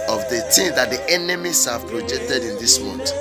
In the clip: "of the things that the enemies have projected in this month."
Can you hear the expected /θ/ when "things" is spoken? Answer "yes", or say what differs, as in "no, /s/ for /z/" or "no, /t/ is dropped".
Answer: no, /t/ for /θ/